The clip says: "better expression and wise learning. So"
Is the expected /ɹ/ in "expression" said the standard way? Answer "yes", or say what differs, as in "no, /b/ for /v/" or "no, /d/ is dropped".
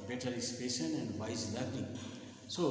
no, /ɹ/ is dropped